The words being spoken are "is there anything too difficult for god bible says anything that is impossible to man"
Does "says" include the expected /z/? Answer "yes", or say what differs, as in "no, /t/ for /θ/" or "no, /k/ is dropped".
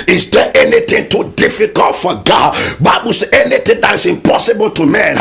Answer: no, /z/ is dropped